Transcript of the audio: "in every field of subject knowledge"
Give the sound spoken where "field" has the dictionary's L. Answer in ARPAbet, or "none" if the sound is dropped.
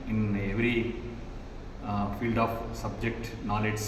L